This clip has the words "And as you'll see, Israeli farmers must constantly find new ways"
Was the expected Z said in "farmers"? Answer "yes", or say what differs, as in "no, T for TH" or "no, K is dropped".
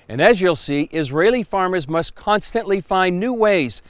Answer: yes